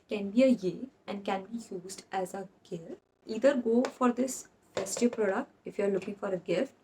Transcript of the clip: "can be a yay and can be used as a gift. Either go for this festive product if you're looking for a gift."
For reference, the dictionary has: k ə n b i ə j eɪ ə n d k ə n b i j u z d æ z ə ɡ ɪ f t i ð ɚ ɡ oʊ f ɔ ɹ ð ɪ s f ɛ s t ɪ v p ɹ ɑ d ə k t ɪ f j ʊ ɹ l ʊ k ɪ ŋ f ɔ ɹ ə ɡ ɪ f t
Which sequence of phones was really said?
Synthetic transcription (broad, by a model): k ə n b i ə j eɪ ə n d k ə n b i j u z d æ z ə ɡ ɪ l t i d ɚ ɡ oʊ f ɔ ɹ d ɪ s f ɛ s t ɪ p ɹ ɑ d ə k t ɪ f j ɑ ɹ l ʊ k ɪ ŋ f ɔ ɹ ə ɡ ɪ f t